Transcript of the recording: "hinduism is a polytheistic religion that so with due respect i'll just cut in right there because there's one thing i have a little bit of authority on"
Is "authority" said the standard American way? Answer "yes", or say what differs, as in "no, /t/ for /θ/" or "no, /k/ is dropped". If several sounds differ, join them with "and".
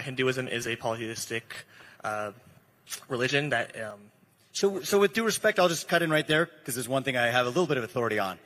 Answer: yes